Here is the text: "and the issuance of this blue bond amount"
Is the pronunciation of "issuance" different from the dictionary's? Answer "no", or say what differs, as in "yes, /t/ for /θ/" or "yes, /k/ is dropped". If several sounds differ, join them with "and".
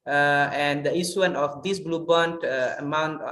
yes, /s/ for /ʃ/